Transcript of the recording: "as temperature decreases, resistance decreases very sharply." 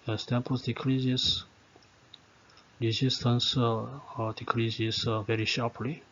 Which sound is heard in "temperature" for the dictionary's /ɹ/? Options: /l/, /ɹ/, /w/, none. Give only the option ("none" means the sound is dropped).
none